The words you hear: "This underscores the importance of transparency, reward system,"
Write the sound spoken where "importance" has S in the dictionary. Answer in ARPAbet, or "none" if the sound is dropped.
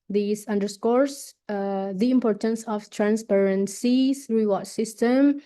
S